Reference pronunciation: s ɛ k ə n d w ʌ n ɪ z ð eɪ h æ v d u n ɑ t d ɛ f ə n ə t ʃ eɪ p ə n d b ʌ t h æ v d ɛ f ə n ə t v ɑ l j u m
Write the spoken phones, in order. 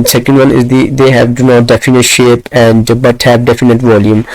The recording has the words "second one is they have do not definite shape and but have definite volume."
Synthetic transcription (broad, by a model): s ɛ k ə n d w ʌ n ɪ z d eɪ h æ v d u n ɑ t d ɛ f ə n ə t ʃ eɪ p ə n d b ʌ t h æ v d ɛ f ə n ə t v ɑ l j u m